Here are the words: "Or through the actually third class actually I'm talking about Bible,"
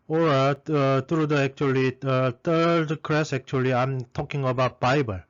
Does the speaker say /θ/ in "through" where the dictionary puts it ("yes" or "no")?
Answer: no